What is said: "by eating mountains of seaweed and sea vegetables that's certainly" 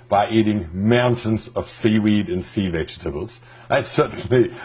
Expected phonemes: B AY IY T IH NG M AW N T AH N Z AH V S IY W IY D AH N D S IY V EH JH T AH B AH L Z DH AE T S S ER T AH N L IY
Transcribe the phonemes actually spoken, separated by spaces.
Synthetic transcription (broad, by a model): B AY IY T IH NG M AW N T AH N Z AH V S IY W IY D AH N S IY V EH JH T AH B AH L Z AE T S S ER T N L IY